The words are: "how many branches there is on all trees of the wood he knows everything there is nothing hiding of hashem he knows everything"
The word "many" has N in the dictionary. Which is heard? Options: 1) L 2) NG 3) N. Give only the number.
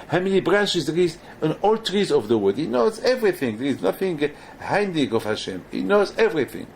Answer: 1